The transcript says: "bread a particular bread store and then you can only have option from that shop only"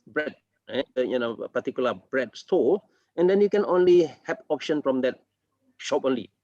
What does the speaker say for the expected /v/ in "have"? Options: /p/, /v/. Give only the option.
/p/